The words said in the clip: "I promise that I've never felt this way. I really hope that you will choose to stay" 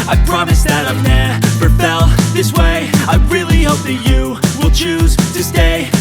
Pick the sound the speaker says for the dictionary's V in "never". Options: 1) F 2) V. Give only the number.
1